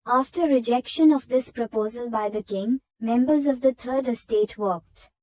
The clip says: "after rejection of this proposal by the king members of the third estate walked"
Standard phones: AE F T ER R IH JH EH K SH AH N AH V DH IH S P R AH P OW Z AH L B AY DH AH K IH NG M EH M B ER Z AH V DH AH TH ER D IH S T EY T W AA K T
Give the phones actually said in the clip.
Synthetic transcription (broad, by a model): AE F T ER R IH JH EH K SH AH N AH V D IH S P R AH P OW Z AH L B AY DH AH K IH NG M EH M B ER Z AH V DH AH T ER D IH S T EY T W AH K T